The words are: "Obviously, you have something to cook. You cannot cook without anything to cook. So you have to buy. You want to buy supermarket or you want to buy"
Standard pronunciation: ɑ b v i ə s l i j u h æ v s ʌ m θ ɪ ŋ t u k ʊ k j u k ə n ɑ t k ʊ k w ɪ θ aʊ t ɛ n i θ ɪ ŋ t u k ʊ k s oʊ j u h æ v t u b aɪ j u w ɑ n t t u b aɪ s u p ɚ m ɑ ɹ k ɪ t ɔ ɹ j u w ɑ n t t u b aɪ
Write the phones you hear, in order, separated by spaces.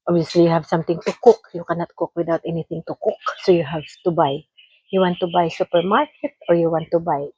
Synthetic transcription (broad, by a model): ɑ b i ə s l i j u h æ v s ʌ m t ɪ ŋ t u k ʊ k j u k ə n ɑ t k ʊ k w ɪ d aʊ t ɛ n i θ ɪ ŋ t u k ʊ k s oʊ j u h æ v t u b aɪ j u w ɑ n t t u b aɪ s u p ɚ m ɑ ɹ k ɪ t ɔ ɹ j u w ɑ n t t u b aɪ